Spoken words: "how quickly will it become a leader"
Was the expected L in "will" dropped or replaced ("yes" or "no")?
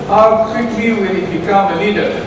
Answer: yes